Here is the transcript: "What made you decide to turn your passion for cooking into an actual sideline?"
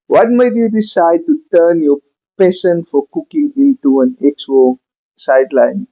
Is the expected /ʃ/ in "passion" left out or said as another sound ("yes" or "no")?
yes